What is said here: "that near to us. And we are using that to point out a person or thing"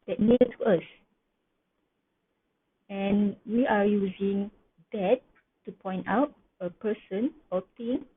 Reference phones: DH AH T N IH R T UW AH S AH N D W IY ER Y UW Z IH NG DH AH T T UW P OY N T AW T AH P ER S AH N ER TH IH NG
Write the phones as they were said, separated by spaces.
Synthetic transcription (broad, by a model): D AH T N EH T UW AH S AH N W IY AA Y UW Z IH NG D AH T T UW P OY N T AW T AH P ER S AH N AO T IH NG